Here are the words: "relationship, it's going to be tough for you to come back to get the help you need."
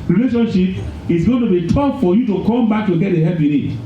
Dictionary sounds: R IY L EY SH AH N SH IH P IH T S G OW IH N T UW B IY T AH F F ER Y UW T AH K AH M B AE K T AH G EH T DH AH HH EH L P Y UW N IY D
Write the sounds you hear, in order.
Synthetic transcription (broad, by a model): R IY L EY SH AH N SH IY P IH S G OW IH N T UW B IY T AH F F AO Y UW T AH K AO M B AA K T AH G EH T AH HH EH P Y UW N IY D